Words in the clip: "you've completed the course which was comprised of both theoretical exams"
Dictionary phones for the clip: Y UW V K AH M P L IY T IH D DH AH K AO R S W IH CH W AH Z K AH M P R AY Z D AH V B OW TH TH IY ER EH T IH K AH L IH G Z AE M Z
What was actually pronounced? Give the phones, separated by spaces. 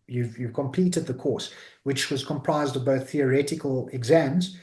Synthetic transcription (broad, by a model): Y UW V K AH M P L IY T IH D DH AH K AO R S W IH CH W AH Z K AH M P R AY Z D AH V B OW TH TH IY ER EH T IH K AH L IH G Z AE M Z